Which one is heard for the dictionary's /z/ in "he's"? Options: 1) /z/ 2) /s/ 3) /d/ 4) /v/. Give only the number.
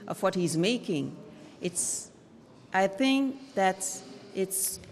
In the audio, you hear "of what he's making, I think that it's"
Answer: 1